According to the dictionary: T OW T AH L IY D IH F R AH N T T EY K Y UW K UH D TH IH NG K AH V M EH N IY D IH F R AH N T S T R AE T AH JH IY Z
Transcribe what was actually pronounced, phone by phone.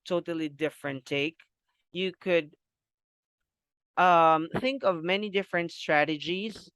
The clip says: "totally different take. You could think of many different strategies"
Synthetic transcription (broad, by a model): T OW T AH L IY D IH F R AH N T T EY K Y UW K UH D TH IH NG K AH V M EH N IY D IH F R AH N T S T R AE T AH JH IY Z